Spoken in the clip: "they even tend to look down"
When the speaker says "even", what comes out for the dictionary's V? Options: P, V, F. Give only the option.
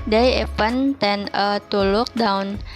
P